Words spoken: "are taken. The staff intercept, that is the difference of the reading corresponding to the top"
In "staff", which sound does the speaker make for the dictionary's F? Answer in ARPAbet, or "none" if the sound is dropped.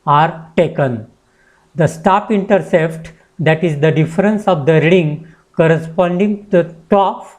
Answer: P